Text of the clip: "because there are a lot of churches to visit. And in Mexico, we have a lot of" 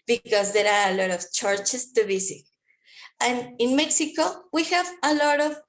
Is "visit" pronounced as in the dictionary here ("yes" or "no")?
no